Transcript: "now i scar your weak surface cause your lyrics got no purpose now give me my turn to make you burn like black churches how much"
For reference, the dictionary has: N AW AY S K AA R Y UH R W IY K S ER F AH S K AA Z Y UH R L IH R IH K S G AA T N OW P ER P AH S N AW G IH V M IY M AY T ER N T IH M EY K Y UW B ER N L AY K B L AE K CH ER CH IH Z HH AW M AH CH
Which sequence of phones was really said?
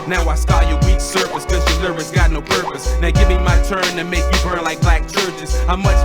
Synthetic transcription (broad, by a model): N AW AY S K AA Y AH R W IY K S ER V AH S K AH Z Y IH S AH R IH S G AA T N OW P ER P AH S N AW G IH V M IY M AY T ER N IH M EY K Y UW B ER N L AY K B L AE K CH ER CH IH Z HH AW M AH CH